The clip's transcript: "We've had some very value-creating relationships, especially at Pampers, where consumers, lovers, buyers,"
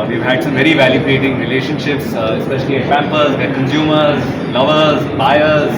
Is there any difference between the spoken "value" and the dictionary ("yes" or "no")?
no